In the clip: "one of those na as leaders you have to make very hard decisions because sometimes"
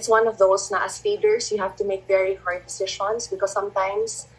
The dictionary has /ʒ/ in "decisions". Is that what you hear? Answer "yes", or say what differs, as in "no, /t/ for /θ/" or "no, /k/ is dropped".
no, /ʃ/ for /ʒ/